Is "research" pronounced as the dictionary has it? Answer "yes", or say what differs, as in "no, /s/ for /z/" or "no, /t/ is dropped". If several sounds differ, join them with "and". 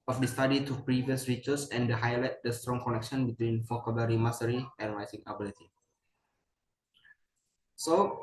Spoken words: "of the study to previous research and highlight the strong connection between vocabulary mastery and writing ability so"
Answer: no, /s/ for /tʃ/